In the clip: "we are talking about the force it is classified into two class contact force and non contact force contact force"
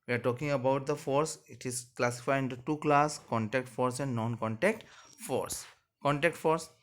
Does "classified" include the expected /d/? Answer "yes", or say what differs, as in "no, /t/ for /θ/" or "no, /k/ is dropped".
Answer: no, /d/ is dropped